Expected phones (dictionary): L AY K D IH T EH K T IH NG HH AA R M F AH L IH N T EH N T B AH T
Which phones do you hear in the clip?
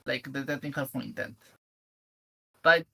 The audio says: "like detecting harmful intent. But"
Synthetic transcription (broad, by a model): L AY K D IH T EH T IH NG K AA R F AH IH N T EH N T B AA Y